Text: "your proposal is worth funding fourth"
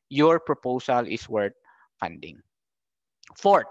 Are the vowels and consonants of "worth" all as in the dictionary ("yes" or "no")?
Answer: no